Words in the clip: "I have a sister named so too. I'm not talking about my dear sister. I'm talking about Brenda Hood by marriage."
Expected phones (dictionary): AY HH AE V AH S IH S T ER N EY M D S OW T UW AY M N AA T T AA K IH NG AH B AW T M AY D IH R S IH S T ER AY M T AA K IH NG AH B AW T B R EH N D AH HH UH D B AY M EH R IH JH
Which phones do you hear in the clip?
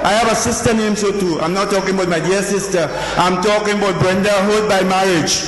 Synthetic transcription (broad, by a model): AY HH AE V AH S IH S T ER N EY M S OW T UW AY M N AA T T AA K IH NG AH B AW T M AY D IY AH S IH S T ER AY M T AA K IH NG AH B AW T B R EH N D AH HH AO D B AY M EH R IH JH